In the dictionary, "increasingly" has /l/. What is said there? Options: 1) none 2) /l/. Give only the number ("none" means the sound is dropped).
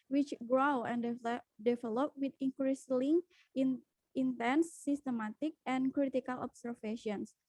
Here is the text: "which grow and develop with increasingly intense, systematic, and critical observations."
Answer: 1